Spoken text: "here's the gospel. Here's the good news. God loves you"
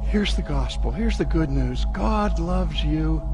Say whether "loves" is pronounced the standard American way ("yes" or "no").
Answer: yes